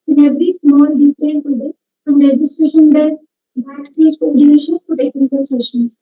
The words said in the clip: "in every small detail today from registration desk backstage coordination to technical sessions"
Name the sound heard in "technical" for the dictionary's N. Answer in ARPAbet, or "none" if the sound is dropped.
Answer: none